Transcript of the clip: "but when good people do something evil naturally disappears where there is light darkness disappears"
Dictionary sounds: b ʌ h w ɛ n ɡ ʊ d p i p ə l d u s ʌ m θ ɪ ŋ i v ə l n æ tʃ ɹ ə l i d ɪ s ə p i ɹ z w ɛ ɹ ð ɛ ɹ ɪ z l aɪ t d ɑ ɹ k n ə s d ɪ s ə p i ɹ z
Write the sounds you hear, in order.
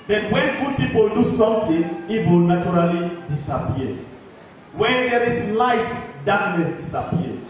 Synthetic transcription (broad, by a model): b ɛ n w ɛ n ɡ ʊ d p i p ə l d u s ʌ m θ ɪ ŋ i w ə l n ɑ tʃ ɹ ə l i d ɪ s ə p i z w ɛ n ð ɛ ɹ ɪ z l aɪ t d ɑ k n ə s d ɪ s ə p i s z